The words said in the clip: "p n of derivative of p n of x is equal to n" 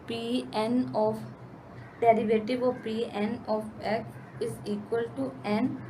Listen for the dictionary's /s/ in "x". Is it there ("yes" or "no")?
no